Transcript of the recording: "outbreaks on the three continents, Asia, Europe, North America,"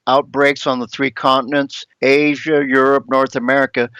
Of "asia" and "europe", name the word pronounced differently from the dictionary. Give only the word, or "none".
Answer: none